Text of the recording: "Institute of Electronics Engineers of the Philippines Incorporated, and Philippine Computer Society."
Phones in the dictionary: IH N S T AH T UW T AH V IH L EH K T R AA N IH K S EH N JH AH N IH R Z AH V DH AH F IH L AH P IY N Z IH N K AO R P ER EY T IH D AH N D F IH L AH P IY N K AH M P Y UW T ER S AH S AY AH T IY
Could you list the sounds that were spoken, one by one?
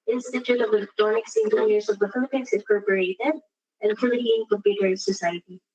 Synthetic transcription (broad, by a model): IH N S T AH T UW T AH V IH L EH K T AA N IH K S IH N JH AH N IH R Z AH V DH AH F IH L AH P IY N S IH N K AO R P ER EY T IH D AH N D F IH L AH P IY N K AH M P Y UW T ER S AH S AY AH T IY